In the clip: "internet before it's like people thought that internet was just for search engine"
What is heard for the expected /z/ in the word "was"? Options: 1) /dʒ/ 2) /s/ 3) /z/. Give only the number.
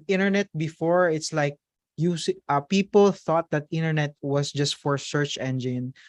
2